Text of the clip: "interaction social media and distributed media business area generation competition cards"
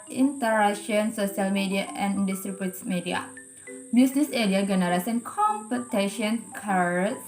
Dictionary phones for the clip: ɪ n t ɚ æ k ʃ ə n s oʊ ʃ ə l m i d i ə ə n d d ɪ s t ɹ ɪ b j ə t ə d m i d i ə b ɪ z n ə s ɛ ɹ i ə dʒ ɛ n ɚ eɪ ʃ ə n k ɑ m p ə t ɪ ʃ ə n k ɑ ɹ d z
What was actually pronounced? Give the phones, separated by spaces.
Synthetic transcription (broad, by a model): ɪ n t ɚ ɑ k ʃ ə n s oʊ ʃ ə l m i d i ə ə n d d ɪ s t ɹ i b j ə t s m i d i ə b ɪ s n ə s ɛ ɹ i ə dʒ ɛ n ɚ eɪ s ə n k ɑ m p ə t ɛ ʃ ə n k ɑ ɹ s